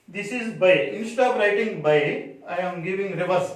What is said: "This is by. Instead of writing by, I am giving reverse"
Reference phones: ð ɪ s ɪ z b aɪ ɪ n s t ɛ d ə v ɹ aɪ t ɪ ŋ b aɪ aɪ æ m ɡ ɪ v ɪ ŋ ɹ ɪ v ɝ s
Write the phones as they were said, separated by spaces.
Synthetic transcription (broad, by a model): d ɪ s ɪ z b aɪ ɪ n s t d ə p ɹ aɪ t ɪ ŋ b aɪ aɪ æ m ɡ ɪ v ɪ ŋ ɹ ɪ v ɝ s